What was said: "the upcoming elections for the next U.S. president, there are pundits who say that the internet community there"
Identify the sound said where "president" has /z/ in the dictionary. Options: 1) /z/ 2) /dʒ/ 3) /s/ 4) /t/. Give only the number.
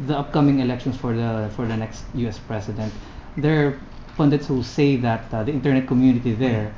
3